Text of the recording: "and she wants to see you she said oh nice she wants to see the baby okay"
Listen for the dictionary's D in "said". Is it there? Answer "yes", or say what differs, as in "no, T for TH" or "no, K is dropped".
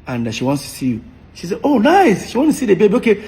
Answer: no, D is dropped